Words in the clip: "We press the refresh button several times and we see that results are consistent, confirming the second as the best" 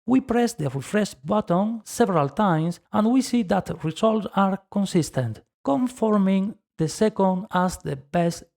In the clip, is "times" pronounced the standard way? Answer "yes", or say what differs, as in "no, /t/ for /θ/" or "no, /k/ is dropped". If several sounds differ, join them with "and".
no, /s/ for /z/